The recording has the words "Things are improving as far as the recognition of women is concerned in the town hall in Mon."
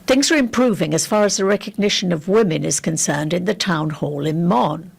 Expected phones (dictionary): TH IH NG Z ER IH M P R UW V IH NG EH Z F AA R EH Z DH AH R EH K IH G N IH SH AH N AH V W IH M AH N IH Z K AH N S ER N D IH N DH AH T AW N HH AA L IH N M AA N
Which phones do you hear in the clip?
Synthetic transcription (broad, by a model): TH IH NG Z ER IH M P R UW V IH NG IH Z F AA R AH Z DH AH R EH K IH G N IH SH AH N AH V W IH M AH N IH Z K AH N S ER N D IH N DH AH T AW N HH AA L IH N M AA N